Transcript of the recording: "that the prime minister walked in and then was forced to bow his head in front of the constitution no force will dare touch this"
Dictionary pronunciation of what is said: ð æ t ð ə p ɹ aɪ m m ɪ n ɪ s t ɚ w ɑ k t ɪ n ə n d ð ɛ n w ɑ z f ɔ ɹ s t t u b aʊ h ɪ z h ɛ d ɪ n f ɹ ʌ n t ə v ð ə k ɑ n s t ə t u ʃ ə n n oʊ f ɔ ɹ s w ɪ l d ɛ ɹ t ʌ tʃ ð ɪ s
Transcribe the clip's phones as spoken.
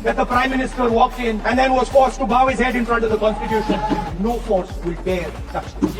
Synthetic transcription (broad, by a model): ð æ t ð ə p ɹ aɪ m m ɪ n ɪ s t ɚ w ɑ k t ɪ n ə n d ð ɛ n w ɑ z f ɔ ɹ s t t u b aʊ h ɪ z h ɛ d ɪ n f ɹ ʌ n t ə v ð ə k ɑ n s t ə t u ʃ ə n n oʊ f ɔ ɹ s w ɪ l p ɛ ɹ s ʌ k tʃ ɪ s